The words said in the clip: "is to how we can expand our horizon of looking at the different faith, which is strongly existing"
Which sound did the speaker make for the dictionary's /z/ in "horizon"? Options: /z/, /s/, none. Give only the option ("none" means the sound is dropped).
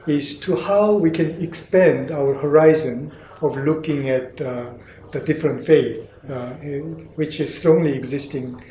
/z/